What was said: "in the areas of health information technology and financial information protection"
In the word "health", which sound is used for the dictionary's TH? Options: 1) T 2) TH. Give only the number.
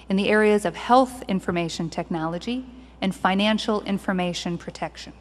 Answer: 2